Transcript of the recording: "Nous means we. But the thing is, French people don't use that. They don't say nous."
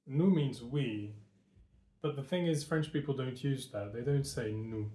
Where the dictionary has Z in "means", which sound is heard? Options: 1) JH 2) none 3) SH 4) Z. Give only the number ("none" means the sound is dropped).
4